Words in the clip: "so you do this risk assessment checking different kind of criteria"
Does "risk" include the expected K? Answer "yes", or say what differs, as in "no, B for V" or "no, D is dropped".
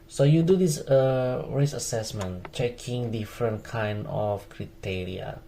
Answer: no, K is dropped